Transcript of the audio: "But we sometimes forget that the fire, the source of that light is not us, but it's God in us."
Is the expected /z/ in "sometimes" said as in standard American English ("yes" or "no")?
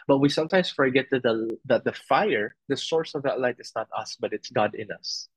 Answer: no